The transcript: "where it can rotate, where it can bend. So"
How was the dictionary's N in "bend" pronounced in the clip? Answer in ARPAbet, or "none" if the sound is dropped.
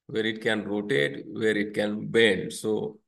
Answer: none